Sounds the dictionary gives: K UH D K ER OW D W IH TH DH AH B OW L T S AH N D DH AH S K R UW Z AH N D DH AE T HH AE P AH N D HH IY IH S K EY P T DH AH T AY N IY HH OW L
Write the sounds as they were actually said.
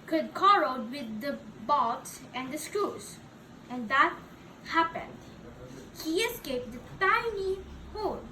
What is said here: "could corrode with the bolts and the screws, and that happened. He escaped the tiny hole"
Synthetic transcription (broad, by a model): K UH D K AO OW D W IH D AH B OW T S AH N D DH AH S K R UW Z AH N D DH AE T HH AE P AH N D HH IY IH S K EY P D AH T AY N IY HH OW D